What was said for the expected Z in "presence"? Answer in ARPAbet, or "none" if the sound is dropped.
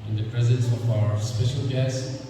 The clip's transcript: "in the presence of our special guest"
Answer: Z